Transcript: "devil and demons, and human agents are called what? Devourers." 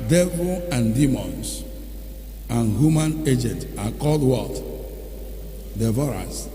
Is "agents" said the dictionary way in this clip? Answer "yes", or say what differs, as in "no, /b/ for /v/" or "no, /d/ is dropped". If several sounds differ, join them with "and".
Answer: no, /s/ is dropped